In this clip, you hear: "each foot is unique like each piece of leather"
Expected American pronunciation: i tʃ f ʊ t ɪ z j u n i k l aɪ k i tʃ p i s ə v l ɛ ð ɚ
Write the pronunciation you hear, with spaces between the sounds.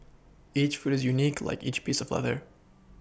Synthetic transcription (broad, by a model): i tʃ f ʊ t ɪ z j u n i k l aɪ k i tʃ p i s ə v l ɛ ð ɚ